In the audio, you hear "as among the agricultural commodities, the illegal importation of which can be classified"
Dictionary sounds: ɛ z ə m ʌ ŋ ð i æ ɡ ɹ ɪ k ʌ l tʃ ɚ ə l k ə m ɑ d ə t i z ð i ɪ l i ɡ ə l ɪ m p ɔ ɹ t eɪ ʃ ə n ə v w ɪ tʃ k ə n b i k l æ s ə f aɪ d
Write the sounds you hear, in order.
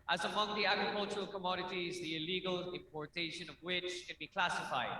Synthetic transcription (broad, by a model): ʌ z ə m ʌ ŋ ð i æ ɡ ɹ ɪ k ʌ l tʃ ɚ ə l k ə m ɑ d ə t i z ð i ɪ l i ɡ ə l ɪ m p ɔ ɹ t eɪ ʃ ə n ə v w ɪ tʃ k ə n b i k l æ s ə f aɪ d